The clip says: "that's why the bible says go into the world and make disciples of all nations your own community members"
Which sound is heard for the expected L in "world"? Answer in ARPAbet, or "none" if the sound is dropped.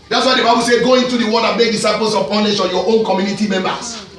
none